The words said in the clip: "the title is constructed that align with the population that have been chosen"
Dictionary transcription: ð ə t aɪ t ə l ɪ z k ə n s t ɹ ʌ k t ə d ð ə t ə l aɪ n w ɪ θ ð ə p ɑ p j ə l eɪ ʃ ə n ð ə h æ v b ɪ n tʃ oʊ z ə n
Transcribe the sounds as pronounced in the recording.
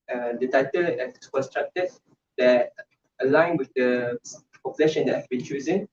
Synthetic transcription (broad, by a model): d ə t aɪ t ə l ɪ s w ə s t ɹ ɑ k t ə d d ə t ə l aɪ n w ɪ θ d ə p ɑ p j ə l eɪ ʃ ə n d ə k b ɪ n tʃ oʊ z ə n